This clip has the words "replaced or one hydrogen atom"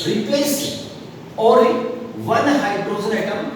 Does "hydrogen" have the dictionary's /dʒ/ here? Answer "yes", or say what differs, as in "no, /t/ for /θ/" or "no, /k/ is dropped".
no, /z/ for /dʒ/